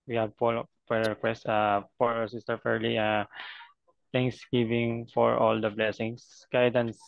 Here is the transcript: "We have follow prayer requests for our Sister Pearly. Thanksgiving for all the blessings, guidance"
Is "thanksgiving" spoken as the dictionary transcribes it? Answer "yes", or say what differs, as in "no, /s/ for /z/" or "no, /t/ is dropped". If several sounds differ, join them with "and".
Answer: no, /t/ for /θ/